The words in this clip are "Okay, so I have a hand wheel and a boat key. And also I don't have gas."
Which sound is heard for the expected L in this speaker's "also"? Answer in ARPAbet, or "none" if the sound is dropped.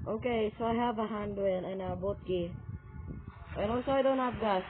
none